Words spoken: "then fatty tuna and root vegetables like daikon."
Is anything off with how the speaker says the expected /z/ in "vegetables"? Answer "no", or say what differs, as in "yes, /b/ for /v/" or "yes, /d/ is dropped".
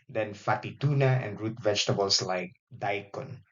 yes, /s/ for /z/